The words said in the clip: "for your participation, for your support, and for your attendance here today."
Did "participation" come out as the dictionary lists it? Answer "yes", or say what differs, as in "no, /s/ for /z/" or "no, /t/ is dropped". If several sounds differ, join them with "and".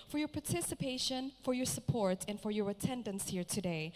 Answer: yes